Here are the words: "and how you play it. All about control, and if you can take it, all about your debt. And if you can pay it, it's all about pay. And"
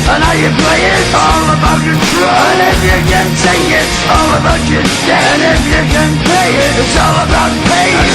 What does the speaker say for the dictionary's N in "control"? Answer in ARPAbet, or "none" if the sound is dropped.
none